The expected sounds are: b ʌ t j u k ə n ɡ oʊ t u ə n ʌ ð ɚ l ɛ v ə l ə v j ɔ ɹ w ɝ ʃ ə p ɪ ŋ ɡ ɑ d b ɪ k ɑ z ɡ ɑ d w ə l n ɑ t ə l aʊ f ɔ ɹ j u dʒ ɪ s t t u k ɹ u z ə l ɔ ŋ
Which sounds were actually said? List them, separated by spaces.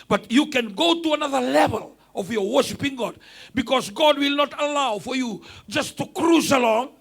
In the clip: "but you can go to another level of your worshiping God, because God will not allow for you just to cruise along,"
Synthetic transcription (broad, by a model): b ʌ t j u k ə n ɡ oʊ t u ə n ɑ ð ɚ l ɛ v ə l ə v j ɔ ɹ w ɝ ʃ ə p ɪ ŋ ɡ ɑ d b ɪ k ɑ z ɡ ɑ d w ə l n ɑ t ə l aʊ f ɔ ɹ j u dʒ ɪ s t t u k ɹ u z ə l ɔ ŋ